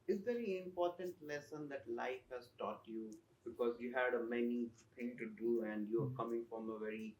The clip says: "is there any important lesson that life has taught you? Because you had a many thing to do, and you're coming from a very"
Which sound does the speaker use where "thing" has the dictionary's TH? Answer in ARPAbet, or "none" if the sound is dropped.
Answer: T